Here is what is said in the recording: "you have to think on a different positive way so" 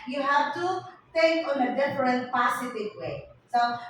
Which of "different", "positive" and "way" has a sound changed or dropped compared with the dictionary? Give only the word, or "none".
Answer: positive